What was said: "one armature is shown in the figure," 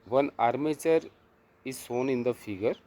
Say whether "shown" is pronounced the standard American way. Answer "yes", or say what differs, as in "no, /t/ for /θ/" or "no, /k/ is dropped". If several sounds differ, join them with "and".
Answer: no, /s/ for /ʃ/